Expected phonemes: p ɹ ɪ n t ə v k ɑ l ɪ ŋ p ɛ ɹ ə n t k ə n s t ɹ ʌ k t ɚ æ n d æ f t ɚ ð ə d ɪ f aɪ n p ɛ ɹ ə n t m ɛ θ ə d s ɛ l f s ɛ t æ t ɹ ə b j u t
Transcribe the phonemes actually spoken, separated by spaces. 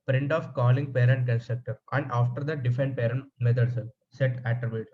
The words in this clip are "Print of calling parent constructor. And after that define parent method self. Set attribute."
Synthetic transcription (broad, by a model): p ɹ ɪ n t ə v k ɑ l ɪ ŋ p ɛ ɹ ə n t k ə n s t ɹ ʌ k t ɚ æ n d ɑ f t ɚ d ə d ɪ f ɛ n p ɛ ɹ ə n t m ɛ t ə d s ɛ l s ɛ t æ t ɹ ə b j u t